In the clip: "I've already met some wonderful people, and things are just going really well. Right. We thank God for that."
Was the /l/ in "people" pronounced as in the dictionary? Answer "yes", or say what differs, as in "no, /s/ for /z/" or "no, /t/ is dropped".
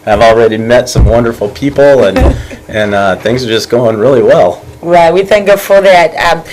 no, /n/ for /l/